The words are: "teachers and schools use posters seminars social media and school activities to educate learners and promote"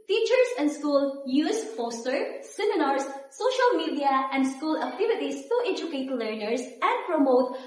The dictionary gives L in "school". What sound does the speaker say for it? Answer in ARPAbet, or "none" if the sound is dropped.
L